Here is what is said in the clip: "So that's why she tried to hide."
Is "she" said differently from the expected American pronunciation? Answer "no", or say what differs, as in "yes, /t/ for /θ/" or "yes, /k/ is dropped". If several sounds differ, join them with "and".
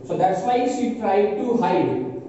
yes, /s/ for /ʃ/